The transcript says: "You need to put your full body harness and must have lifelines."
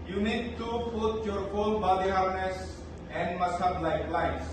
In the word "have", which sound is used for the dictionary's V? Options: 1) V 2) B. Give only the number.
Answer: 2